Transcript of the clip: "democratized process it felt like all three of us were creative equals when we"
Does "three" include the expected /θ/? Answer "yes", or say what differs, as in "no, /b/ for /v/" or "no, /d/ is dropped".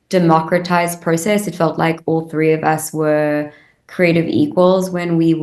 yes